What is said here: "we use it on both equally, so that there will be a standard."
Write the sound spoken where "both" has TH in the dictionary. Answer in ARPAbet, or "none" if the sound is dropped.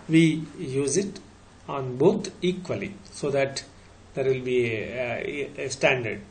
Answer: T